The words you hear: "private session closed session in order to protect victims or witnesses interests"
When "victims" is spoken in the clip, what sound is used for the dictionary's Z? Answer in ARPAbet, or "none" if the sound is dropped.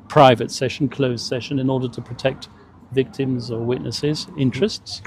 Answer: Z